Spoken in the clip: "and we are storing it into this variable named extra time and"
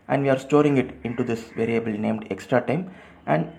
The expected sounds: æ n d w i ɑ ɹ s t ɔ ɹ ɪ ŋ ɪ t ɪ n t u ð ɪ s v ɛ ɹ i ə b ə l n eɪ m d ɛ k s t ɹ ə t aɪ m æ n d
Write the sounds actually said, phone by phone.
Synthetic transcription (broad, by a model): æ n d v i ɑ ɹ s t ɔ ɹ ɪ ŋ ɪ t ɪ n t u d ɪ s v ɛ ɹ i ə b ə l n eɪ m d ɛ k s t ɹ ə t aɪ m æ n d